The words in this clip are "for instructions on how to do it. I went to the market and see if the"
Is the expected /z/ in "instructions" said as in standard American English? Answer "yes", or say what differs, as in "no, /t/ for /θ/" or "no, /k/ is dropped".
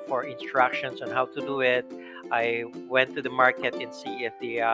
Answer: no, /s/ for /z/